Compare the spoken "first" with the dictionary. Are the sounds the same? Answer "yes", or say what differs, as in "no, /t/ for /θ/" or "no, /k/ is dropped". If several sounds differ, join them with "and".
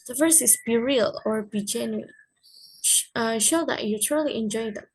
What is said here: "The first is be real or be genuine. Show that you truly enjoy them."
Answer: no, /t/ is dropped